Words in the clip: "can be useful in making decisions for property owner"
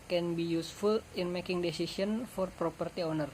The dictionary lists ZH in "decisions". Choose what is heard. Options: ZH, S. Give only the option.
S